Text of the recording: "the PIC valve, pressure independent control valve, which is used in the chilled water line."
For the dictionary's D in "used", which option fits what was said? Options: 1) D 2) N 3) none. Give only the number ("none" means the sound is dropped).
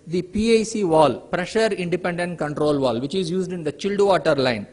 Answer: 1